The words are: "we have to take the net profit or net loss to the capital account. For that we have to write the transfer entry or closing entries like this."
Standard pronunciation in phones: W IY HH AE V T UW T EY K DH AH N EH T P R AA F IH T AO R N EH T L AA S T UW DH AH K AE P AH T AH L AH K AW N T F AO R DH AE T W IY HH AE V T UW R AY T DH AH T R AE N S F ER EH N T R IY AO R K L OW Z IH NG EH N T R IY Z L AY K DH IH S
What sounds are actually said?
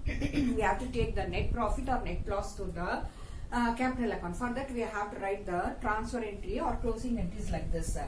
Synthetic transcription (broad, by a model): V IY HH AE V T UW T EY K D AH N EH T P R AA F IH T AO R N EH T L AA S T UW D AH K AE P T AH L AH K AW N F AO R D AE T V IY HH AE V T UW R AY T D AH T R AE N S P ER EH N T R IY AO R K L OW S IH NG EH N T IY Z L AY K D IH S